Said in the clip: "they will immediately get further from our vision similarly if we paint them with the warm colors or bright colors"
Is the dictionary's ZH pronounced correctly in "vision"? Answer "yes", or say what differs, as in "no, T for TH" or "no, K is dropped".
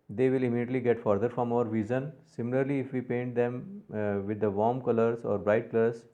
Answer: no, Z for ZH